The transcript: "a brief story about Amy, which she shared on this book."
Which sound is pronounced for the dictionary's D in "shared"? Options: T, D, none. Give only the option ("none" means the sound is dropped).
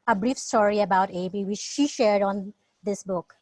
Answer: D